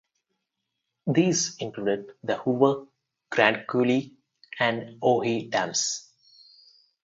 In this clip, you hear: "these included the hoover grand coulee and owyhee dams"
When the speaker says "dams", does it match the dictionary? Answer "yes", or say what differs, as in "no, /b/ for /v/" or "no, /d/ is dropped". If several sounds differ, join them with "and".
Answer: no, /s/ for /z/